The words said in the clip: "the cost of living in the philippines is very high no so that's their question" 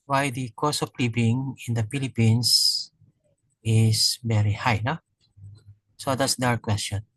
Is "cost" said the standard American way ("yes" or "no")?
no